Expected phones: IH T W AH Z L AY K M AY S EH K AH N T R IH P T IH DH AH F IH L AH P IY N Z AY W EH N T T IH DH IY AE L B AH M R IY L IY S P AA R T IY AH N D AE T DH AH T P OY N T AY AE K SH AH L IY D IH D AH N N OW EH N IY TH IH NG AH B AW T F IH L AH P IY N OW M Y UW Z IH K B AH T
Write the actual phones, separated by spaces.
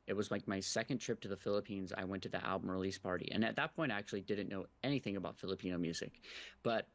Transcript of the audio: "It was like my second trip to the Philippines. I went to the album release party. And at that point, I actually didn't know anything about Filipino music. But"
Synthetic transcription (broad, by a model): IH T W AH Z L AY K M AY S EH K AH N T R IH P T IH DH AH F IH L AH P IY N Z AY W EH N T T IH DH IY AE L B AH M R IY L IY S P AA R T IY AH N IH T DH AH T P OY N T AY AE K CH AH L IY D IH D N N OW EH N IY TH IH NG AH B AW T F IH L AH P IY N OW M Y UW Z IH K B AH T